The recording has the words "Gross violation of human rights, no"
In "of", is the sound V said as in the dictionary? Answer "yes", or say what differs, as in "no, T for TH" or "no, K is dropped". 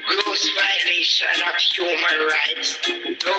no, P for V